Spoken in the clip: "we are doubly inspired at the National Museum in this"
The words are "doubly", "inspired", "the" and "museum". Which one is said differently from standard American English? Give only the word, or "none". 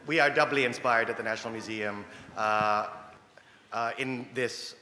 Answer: none